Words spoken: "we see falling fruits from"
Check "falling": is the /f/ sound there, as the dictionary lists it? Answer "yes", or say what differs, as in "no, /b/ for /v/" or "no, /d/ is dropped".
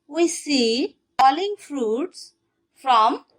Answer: no, /p/ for /f/